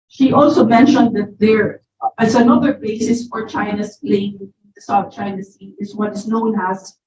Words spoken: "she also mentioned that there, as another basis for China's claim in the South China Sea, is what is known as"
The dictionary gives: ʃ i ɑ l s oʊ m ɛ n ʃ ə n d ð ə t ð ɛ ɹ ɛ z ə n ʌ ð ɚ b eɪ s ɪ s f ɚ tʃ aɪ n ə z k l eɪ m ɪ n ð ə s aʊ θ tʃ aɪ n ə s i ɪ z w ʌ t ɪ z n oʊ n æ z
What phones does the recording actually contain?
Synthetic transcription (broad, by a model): ʃ i ɑ l s oʊ m ɛ n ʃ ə n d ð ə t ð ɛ ɹ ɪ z ə n ʌ ð ɚ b eɪ s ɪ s f ɚ tʃ aɪ n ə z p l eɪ ɪ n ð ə s aʊ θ tʃ aɪ n ə s i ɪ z w ʌ t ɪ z n oʊ n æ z